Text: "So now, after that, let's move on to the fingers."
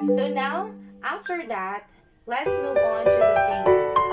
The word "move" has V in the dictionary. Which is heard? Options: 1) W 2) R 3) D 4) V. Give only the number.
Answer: 4